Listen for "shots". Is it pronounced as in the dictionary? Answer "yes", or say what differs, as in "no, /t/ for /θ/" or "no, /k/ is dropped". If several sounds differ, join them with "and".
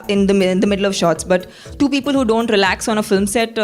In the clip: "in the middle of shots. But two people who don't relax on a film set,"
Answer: yes